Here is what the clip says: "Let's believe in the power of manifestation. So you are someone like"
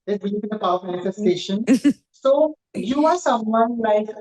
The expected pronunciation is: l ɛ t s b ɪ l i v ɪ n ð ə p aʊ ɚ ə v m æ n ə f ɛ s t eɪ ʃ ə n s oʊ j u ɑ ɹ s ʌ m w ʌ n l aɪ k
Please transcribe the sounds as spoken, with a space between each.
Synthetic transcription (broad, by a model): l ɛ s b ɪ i ɪ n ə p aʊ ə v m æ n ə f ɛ s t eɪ ʃ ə n s oʊ j u ɑ ɹ s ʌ m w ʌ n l aɪ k